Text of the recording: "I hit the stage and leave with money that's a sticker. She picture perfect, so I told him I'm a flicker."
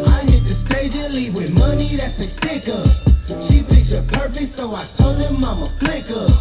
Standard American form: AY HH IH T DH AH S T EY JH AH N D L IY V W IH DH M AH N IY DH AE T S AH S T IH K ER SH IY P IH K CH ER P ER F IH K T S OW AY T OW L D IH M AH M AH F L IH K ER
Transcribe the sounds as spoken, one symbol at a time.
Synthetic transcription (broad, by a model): AY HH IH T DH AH S T EY JH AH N L IY V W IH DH M AH N IY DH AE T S AH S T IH K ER SH IY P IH CH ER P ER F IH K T S OW AY T OW L D IH M AH M AH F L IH K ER